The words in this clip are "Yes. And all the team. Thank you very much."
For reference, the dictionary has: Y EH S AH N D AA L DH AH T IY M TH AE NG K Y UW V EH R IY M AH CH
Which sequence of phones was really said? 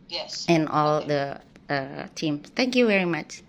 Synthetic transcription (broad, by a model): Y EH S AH N AA L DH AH T IY M S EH NG K Y UW V EH R IY M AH CH